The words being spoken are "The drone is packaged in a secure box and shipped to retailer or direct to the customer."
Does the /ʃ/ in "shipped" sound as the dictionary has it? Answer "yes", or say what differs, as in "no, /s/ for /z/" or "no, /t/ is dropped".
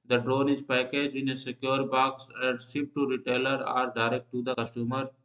no, /s/ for /ʃ/